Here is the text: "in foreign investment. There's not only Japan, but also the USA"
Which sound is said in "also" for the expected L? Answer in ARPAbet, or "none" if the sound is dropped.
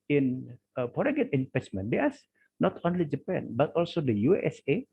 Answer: L